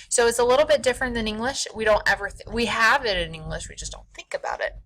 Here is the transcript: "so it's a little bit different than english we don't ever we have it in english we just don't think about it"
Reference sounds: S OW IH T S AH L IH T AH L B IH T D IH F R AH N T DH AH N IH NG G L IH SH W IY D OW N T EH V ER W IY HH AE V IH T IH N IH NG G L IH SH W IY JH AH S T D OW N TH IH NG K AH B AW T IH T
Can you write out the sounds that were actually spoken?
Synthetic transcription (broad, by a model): S OW IH T S AH L IH T L B IH T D IH F R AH N DH AH N IH NG G L IH SH W IY D OW N T EH V ER W IY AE V IH T IH N IH NG G L IH SH W IY JH AH S D OW N TH IH NG K AH B AW T IH T